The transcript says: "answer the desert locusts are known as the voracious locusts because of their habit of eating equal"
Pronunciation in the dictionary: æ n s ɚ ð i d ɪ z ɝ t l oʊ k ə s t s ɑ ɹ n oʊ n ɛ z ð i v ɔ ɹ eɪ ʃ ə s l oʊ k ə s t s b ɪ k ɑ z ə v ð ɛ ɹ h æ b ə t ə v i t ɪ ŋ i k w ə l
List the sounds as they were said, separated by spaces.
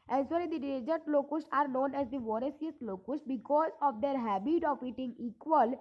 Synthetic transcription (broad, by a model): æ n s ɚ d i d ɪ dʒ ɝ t l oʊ k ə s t ɑ ɹ n oʊ n ɛ z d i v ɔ ɹ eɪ s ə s l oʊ k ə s t b ɪ k ɑ z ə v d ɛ ɹ h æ b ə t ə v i t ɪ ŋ i k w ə l